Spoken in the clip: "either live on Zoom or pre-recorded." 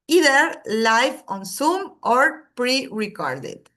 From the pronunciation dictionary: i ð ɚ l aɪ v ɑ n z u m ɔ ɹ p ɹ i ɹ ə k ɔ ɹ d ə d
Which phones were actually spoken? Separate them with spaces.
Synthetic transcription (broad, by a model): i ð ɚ l aɪ f ɑ n s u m ɔ ɹ p ɹ i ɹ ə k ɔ ɹ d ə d